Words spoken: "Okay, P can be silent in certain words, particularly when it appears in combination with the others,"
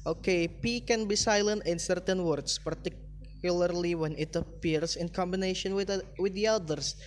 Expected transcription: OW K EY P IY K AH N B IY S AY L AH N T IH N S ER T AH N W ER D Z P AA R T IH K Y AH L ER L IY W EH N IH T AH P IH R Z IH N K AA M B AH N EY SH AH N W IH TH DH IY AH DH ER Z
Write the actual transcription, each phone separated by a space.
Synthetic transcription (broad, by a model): OW K EY P IY K AH N B IY S AY L AH N T IH N S ER T AH N W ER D S P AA R T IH K Y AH L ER L IY W EH N IH T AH P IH R S IH N K AA M B AH N EY SH AH N W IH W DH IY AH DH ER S